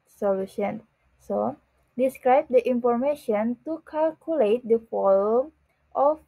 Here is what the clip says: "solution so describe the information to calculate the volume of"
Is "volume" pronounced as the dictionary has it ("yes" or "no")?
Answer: no